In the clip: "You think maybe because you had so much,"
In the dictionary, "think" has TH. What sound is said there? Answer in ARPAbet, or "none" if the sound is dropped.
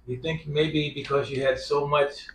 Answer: TH